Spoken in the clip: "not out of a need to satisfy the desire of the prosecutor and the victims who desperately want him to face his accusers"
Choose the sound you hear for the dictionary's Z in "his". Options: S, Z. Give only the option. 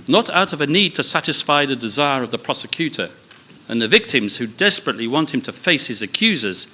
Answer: Z